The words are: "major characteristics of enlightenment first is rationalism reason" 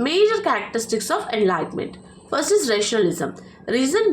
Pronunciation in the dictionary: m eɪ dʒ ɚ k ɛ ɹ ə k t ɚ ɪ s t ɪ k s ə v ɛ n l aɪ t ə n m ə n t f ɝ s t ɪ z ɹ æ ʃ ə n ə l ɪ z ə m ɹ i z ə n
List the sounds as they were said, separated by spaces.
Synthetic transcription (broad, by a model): m eɪ dʒ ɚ k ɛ ɹ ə k t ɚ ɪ s t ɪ k s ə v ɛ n l aɪ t m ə n t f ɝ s ɪ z ɹ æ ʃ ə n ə l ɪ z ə m ɹ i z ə n